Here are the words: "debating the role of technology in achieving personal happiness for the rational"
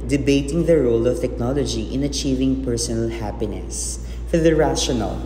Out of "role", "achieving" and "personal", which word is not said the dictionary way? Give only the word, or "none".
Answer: none